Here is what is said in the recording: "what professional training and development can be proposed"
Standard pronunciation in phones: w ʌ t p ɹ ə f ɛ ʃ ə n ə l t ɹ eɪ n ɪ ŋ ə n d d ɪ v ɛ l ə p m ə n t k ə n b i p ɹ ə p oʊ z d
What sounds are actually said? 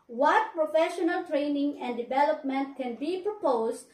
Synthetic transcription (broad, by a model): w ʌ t p ɹ ə f ɛ ʃ ə n ə l t ɹ eɪ n ɪ ŋ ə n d d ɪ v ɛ l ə p m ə n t k ə n b i p ɹ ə p oʊ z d